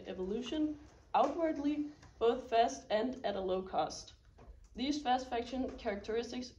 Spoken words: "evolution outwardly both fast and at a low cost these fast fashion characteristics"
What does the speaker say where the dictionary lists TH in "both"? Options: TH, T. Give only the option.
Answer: TH